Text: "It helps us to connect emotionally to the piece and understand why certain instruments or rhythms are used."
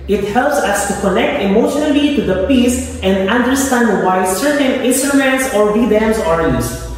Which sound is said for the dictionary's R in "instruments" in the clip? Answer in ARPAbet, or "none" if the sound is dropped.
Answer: none